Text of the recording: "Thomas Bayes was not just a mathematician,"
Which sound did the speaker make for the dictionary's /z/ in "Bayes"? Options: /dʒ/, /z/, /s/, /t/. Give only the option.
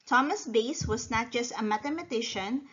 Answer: /s/